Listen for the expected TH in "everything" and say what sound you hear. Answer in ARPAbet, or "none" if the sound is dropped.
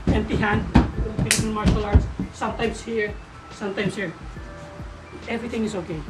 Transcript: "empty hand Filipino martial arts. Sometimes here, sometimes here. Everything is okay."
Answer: T